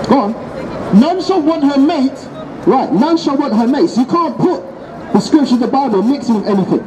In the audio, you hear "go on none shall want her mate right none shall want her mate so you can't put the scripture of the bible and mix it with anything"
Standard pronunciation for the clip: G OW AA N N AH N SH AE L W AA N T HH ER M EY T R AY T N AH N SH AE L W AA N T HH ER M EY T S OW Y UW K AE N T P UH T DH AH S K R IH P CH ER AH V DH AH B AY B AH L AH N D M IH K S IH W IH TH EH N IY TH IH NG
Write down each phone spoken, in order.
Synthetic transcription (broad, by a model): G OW AA N N AH N SH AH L W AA N T HH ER M EY T R AY T N AH N SH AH L W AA N T HH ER M EY T S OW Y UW K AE N P UH T DH AH S K R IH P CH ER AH DH AH B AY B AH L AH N M IH K S IH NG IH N EH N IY TH IH NG